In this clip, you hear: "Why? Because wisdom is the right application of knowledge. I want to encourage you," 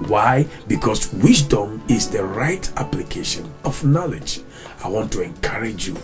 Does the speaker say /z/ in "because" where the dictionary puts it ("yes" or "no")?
no